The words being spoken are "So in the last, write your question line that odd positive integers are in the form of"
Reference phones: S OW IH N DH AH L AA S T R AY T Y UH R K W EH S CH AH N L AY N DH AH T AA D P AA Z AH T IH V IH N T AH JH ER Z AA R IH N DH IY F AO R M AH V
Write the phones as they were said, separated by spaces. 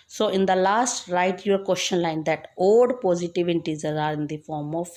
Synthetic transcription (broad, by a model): S OW IH N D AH L AA S T R AY T Y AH R K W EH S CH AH N L AY N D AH T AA D P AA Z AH T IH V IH T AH Z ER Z AA R IH N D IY F AO R M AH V